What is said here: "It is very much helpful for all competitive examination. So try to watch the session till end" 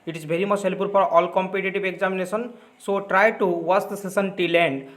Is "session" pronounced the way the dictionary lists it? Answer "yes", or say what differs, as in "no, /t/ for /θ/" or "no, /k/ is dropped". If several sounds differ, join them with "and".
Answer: no, /s/ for /ʃ/